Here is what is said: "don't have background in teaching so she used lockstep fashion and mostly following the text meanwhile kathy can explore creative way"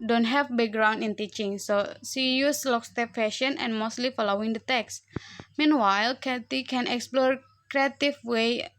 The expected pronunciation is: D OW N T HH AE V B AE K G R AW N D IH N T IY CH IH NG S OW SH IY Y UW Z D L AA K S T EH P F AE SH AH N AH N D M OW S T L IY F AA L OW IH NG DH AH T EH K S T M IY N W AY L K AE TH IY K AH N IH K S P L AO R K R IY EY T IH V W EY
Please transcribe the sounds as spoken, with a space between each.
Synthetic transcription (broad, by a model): D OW N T HH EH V B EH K G R AW N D IH N T IY CH IH NG S OW S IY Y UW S L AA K S T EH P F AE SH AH N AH N M OW S T L IY F AA L OW IH NG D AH T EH K S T M IY N W AY L K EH T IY K AH N IH K S P L AO R K R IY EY T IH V W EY